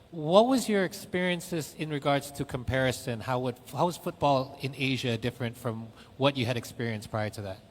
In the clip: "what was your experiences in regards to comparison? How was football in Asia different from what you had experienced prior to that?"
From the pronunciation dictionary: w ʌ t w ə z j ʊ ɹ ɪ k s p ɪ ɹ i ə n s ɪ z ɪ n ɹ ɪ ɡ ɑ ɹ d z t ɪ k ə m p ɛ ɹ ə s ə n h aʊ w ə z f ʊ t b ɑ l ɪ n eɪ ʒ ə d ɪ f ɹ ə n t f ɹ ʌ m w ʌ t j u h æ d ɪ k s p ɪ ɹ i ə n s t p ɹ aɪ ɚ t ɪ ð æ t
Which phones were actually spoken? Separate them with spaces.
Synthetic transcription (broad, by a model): w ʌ t w ə z j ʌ ɹ ɪ k s p ɪ ɹ i ə n s ɪ z ɪ n ɹ ɪ ɡ ɑ ɹ d z t ɪ k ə m p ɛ ɹ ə s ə n h aʊ w ə z f ʊ t b ɑ l ɪ n eɪ ʒ ə d ɪ f ɹ ə n t f ɹ ʌ m w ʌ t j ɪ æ d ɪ k s p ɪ ɹ i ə n s p ɹ aɪ ɚ t ɪ ð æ t